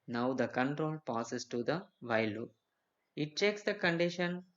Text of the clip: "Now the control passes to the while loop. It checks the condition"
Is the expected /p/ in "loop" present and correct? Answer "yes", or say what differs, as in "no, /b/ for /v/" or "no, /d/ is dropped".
no, /p/ is dropped